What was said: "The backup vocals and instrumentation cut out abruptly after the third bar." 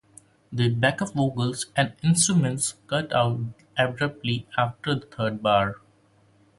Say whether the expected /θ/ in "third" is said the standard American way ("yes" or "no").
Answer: no